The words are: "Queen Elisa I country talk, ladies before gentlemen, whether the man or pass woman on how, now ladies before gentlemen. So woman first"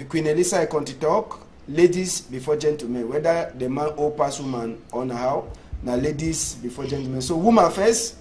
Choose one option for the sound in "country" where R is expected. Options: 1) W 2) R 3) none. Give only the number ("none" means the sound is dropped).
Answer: 3